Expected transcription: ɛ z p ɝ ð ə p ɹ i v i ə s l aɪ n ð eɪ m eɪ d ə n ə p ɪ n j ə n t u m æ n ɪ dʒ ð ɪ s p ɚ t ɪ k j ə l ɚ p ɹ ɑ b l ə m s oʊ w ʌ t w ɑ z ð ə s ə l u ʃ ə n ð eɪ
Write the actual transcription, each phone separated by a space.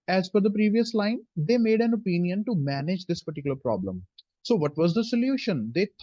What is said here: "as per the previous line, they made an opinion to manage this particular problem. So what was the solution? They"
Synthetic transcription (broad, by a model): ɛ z f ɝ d ə p ɹ i v i ə s l aɪ n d eɪ m eɪ d ə n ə p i n j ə n t u m æ n ɪ dʒ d ɪ s p ɚ t ɪ k j ə l ɚ p ɹ ɑ b l ə m s oʊ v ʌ t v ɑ z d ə s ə l u ʃ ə n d eɪ